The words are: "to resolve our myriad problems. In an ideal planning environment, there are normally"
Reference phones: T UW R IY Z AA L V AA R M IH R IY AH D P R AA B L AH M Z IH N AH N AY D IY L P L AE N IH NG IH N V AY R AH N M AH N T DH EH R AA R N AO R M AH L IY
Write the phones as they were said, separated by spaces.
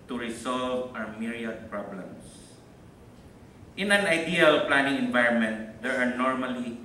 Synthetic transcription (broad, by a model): T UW R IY S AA L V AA W M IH R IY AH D P R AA B L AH M S IH N AH N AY D IY L P L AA N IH NG IH N V AY R AH N M AH N T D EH R AA R N AO R M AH L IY